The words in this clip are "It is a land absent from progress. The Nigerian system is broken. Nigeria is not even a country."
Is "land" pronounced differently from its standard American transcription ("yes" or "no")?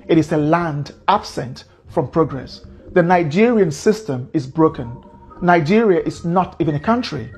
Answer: no